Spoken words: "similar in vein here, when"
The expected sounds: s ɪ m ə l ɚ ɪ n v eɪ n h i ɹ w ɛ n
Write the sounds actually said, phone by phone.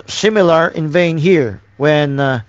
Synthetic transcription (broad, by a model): s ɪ m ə l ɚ ɪ n v eɪ n h i ɹ w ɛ n